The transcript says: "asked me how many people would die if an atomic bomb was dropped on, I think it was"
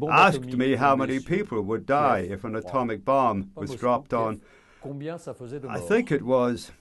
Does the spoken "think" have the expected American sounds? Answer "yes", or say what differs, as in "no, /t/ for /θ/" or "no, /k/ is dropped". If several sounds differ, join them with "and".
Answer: yes